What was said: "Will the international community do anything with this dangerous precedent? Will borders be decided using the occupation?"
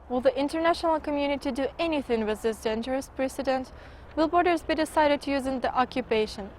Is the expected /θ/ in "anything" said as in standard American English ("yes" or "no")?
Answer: yes